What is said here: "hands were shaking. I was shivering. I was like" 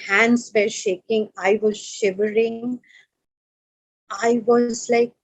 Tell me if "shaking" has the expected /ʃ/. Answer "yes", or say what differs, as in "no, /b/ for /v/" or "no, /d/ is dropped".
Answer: yes